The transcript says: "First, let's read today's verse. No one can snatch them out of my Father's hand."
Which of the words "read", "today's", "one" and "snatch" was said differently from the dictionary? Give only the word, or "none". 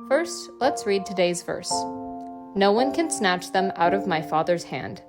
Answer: none